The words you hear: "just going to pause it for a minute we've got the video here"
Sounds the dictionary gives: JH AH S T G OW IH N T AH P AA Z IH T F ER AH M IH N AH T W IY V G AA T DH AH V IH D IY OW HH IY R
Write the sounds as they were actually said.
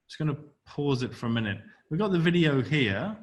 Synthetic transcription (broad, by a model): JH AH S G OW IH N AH P AA Z IH T F ER AH M IH N AH T W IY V G AA T DH AH V IH D IY OW HH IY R